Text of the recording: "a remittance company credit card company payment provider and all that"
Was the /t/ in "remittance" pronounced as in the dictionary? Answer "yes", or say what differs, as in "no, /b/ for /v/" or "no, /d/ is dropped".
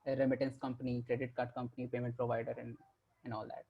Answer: yes